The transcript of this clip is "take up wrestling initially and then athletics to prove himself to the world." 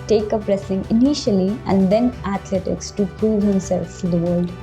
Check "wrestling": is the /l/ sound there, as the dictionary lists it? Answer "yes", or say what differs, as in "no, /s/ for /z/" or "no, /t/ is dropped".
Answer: no, /l/ is dropped